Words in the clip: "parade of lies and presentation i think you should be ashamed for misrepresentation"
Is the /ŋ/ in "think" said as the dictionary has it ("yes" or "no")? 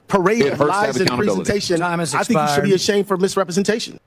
no